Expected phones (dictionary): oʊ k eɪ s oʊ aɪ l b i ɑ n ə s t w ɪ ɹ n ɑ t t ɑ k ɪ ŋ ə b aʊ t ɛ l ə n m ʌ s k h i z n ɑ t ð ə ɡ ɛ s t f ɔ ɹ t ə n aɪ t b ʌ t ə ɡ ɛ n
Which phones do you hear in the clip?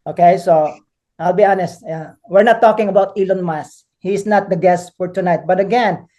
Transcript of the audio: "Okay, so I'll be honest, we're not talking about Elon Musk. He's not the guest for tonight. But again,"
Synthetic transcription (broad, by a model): oʊ k eɪ s oʊ aɪ l b i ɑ n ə s t w ɪ ɹ n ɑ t t ɑ k ɪ ŋ ə b aʊ t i l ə n m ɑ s h i s n ɑ t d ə ɡ ɛ s t f ɔ ɹ t ə n aɪ t b ʌ t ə ɡ ɛ n